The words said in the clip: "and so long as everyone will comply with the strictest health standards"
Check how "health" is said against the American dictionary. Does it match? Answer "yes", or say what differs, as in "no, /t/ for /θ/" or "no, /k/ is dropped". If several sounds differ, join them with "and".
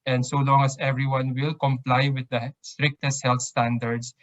no, /t/ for /θ/